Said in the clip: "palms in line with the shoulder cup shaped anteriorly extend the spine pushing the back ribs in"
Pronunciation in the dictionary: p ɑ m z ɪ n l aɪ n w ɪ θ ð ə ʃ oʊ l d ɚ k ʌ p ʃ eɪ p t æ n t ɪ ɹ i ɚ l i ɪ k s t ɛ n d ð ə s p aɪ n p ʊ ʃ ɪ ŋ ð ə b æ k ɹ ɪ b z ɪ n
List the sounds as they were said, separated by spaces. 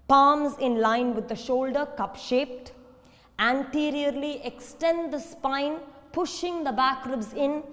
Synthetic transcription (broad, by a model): p ɑ m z ɪ n l aɪ n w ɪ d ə ʃ oʊ l d ɚ k ʌ p ʃ eɪ p t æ n t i ɹ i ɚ l i ɪ k s t ɛ n d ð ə s p aɪ n p ʊ ʃ ɪ ŋ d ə b æ k ɹ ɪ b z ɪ n